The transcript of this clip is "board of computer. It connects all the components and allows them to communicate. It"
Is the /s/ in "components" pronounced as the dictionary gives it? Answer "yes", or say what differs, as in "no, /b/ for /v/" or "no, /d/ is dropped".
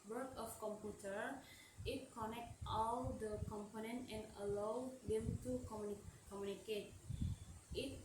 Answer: no, /s/ is dropped